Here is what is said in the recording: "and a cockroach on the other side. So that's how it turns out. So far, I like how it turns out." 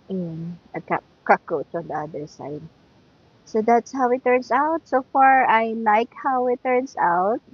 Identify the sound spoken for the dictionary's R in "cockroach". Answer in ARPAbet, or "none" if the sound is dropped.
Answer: none